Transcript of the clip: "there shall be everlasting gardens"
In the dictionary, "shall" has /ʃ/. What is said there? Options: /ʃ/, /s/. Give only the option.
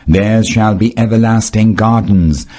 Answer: /ʃ/